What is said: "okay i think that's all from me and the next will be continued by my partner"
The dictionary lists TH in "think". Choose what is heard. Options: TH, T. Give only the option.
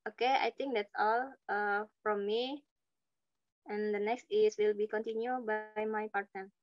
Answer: T